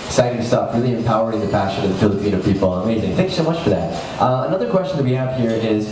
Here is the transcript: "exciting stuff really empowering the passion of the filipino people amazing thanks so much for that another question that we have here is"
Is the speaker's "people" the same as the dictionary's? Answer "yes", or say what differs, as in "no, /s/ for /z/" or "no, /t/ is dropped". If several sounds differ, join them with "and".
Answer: no, /n/ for /l/